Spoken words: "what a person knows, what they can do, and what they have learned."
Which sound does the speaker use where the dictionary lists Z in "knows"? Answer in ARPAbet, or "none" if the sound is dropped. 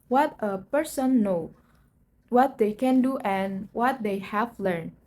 none